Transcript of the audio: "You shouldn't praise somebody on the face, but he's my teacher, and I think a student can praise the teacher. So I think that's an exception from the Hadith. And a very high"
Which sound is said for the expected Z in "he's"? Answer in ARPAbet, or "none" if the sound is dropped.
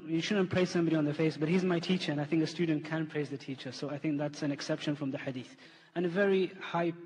Z